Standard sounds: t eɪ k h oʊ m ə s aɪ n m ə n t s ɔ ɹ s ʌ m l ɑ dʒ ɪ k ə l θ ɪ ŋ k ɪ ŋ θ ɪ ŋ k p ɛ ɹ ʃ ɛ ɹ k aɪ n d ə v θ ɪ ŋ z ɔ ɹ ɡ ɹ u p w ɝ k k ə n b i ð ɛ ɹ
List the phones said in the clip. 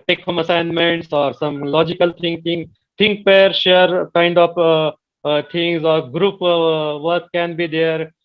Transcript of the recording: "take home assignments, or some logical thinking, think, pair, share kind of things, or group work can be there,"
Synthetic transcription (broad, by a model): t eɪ k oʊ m ə s aɪ n m ə n t s ɔ ɹ s ʌ m l ɑ dʒ ɪ k ə l t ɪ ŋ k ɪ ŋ t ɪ ŋ k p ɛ ɹ ʃ ɛ ɹ k aɪ n d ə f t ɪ ŋ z ɔ ɹ ɡ ɹ u p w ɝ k k ə n b i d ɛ ɹ